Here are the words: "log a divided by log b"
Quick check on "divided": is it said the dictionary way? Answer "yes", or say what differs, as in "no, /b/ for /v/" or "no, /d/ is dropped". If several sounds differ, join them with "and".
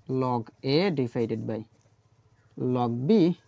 no, /f/ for /v/